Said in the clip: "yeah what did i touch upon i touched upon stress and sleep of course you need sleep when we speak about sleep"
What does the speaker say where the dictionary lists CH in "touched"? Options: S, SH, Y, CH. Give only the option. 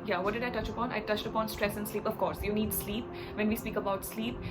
CH